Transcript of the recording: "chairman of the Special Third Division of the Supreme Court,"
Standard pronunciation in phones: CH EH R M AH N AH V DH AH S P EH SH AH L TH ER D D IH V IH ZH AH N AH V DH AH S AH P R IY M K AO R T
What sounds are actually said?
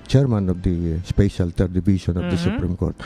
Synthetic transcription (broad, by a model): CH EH R M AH N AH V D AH S P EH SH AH L T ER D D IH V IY S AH N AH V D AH S AH P R IY M K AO R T